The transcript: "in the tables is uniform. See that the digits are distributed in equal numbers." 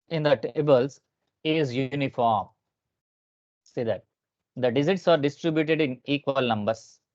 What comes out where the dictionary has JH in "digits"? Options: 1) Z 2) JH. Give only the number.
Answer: 1